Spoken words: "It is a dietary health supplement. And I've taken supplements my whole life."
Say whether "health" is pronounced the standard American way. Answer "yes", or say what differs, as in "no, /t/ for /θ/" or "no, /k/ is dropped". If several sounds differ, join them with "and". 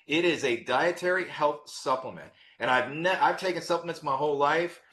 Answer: yes